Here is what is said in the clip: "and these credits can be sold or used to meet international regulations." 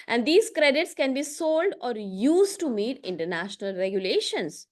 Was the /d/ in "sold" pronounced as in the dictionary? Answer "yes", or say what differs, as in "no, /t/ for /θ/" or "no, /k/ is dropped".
yes